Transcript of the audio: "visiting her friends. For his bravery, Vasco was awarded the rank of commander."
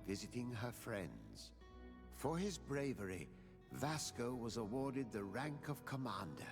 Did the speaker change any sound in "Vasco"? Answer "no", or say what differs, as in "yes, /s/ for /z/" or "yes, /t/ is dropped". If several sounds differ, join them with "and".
no